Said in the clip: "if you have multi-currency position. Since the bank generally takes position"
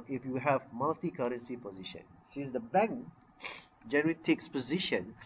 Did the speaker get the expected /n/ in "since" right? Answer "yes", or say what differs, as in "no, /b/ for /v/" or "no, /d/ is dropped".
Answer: no, /n/ is dropped